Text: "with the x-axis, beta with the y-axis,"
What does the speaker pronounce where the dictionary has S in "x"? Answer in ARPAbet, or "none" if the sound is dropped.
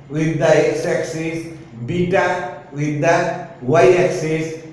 S